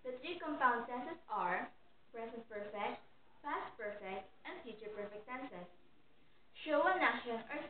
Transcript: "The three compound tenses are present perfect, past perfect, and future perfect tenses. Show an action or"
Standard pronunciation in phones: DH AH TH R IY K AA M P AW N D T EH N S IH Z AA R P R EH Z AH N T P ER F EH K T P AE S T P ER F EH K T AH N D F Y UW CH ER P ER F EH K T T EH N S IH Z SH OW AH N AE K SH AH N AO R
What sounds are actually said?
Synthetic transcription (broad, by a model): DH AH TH R IY K AA M P AW N D S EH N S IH S AA R P R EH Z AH N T P ER F EH K T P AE S T P ER F EH K T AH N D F Y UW CH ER P ER F EH K T S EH N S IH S SH OW AH N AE SH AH N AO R